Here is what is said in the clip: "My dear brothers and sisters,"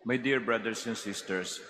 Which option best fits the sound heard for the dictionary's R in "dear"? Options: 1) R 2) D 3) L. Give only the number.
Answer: 1